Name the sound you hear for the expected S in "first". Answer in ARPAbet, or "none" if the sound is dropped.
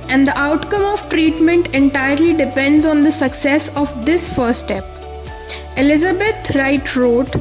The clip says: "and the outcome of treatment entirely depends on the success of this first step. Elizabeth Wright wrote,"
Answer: none